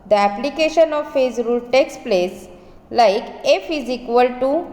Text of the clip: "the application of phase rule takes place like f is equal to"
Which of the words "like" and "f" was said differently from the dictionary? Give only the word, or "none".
none